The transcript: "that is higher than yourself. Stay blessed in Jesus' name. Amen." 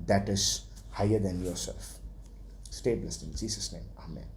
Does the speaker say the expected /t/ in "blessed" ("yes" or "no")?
no